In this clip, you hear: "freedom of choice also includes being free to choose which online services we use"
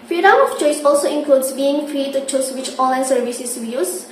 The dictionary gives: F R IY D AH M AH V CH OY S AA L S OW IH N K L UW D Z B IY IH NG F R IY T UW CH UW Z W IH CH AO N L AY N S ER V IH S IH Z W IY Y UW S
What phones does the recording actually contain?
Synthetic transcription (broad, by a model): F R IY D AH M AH F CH OY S AA L S OW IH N K L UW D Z B IY IH NG F R IY T UW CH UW S W IH CH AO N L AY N S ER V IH S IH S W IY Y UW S